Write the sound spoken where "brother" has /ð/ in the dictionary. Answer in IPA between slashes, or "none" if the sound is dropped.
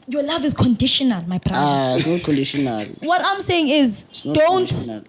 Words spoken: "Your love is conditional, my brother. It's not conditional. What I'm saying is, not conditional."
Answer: none